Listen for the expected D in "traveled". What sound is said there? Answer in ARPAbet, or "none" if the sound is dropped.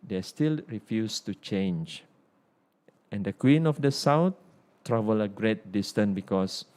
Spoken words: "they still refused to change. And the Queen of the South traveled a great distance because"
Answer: none